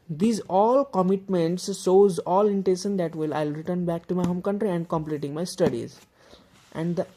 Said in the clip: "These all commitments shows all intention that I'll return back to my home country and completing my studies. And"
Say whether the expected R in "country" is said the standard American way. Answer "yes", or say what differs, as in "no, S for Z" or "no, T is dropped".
yes